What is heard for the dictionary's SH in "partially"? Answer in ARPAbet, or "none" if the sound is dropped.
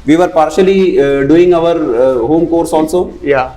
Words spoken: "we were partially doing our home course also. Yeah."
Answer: SH